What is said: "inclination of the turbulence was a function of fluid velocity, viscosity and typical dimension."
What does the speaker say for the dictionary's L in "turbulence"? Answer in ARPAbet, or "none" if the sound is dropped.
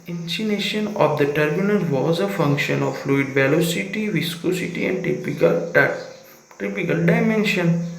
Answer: N